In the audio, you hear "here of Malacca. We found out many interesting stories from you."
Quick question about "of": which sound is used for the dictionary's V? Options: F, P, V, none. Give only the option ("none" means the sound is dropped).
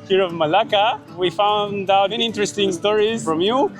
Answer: V